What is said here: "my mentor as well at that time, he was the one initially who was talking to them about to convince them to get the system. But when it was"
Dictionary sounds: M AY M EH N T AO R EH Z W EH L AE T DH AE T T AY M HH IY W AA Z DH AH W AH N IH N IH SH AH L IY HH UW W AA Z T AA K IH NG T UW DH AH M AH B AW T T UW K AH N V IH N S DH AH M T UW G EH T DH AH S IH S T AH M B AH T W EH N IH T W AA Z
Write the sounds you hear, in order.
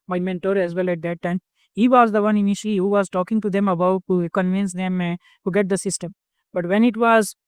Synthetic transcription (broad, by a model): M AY M EH N T AO R EH Z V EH L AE T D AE T T AY M HH IY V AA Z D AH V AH N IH N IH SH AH L IY HH UW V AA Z T AA K IH NG T UW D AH M AH B AW T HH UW K AH N V IH N S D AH M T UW G EH T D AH S IH S T AH M B AH T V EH N IH T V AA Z